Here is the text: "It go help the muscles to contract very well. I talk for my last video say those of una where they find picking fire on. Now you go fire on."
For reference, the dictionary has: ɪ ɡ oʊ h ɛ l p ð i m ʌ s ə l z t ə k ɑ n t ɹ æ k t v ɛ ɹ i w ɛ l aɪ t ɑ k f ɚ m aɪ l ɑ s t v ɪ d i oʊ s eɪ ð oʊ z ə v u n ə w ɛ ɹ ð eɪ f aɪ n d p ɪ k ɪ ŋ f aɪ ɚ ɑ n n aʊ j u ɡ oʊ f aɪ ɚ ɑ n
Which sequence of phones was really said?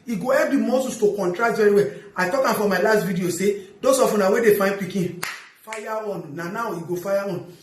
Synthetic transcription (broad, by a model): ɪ ɡ oʊ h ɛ p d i m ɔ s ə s t ə k ɑ n t ɹ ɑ k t v ɛ ɹ i w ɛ aɪ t ɑ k f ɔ m aɪ l ɑ s t v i d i oʊ s eɪ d oʊ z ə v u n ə w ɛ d eɪ f aɪ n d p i k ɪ f aɪ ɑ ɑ n n aʊ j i ɡ oʊ f aɪ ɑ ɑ n